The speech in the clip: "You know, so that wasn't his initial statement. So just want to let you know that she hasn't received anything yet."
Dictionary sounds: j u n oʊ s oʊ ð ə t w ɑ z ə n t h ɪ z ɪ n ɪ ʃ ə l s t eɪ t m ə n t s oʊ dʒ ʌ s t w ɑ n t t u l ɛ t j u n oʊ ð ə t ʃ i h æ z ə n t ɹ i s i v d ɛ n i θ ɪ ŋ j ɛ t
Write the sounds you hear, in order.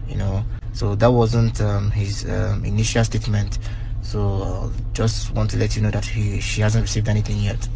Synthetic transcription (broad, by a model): j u n oʊ s oʊ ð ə t w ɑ z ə n t h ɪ z ɪ n ɪ ʃ ə l s t eɪ t m ə n t s oʊ dʒ ʌ s t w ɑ n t t u l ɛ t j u n oʊ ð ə t ʃ i h æ z ə n t ɹ i s i v d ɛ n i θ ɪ ŋ j ɛ t